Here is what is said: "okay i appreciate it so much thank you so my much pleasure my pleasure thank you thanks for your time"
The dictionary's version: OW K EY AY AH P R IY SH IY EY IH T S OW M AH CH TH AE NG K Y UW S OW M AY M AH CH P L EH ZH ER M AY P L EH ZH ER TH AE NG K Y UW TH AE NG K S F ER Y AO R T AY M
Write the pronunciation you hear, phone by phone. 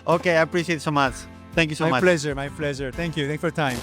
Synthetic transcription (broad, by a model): OW K EY AY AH P R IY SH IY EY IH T S OW M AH CH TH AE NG K Y UW S OW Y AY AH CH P L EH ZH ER M AY P L EH ZH ER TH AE NG K Y UW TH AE K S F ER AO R T AY M